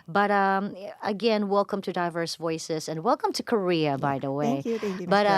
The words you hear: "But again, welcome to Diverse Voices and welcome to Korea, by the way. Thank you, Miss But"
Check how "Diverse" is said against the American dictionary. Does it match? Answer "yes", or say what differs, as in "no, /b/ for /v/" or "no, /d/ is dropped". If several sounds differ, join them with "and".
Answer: yes